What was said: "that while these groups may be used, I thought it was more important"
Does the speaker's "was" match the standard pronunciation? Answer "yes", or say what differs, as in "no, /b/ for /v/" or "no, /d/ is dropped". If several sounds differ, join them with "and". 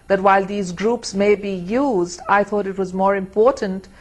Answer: yes